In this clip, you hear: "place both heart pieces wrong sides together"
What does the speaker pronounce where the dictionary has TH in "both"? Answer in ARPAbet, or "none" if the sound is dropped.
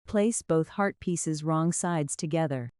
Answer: TH